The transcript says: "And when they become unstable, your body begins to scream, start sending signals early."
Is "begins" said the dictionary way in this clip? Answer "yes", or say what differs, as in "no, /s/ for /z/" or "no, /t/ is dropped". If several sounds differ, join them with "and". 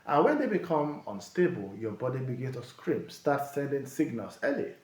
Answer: no, /z/ is dropped